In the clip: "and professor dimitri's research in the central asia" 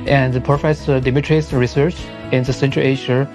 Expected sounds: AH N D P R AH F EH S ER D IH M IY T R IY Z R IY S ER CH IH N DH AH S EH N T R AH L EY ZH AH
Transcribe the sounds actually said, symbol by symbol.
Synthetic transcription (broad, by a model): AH N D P AH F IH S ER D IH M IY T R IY S R IY S ER CH IH N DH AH S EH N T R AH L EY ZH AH